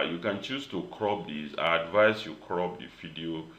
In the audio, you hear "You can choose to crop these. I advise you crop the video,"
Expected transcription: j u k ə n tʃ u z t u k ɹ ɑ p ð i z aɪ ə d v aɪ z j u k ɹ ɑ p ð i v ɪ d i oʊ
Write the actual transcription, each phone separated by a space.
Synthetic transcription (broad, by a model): j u k ə n tʃ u s t u k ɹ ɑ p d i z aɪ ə d v aɪ s j u k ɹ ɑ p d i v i d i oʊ